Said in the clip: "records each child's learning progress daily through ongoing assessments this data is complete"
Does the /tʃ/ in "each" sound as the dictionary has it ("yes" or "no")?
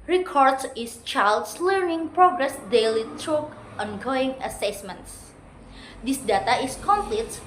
no